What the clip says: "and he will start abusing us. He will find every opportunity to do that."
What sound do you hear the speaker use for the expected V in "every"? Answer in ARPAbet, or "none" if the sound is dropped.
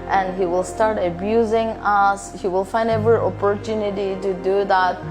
V